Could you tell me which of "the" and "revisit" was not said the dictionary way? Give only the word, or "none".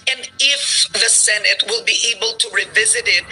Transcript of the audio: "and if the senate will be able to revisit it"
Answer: none